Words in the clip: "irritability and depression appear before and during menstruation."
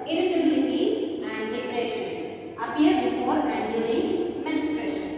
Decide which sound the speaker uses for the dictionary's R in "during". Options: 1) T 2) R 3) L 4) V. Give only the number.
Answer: 3